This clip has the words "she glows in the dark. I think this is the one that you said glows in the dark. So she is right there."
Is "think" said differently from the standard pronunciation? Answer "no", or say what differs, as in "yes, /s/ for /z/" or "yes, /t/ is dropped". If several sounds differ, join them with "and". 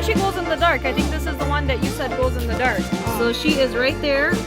no